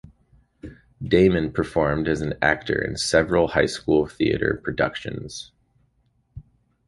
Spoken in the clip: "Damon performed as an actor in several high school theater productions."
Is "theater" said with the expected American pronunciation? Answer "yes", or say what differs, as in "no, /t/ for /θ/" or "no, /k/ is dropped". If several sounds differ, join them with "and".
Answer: yes